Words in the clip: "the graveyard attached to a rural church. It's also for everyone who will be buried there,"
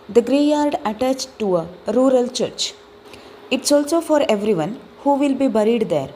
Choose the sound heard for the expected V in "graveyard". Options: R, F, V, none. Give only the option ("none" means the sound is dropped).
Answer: none